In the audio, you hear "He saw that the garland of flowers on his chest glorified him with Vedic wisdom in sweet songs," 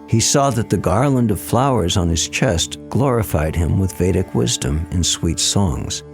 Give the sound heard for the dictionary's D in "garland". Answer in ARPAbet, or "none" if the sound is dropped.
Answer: D